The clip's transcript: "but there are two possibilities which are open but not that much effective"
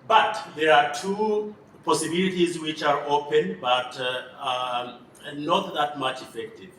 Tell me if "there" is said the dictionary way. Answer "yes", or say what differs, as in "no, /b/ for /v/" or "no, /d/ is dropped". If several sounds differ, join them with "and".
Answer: yes